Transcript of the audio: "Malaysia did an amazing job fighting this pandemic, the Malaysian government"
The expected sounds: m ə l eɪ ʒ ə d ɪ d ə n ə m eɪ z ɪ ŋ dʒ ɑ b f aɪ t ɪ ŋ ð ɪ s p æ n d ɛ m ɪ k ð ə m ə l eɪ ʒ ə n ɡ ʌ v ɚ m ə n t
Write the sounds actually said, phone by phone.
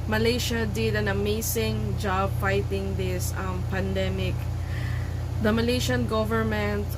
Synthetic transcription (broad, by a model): m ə l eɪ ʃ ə d ɪ d ə n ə m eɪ s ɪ ŋ dʒ ɑ b f aɪ t ɪ ŋ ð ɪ s p æ n d ɛ m ɪ k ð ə m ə l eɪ ʃ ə n ɡ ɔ v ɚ m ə n t